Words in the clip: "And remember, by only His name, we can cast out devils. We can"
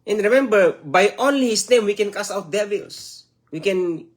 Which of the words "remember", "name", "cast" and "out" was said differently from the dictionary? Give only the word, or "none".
cast